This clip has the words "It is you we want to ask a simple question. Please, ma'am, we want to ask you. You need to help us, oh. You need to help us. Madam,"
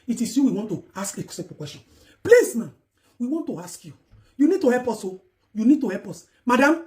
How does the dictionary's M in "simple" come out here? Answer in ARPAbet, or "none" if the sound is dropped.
none